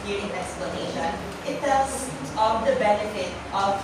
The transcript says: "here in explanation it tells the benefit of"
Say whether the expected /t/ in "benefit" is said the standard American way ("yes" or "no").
yes